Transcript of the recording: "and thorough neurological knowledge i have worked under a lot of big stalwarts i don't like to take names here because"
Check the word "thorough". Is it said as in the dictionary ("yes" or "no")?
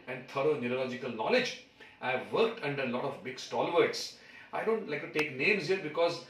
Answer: no